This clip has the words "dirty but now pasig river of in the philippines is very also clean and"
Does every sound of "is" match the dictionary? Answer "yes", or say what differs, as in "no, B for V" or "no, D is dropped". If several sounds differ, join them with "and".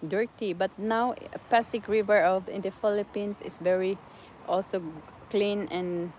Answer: no, S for Z